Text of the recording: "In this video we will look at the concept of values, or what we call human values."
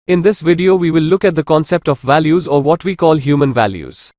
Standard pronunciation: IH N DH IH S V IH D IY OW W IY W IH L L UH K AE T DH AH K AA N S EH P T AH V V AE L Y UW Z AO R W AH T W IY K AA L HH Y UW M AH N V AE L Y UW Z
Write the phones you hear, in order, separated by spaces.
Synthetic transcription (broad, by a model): IH N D IH S V IH D IY OW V IY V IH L L UH K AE T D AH K AA N S EH P T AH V V AE L Y UW Z AO R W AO T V IY K AA L HH Y UW M AH N V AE L Y UW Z